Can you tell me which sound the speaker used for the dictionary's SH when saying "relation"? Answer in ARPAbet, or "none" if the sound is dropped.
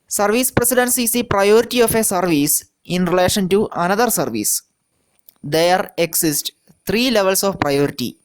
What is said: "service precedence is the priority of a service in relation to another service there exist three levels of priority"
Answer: SH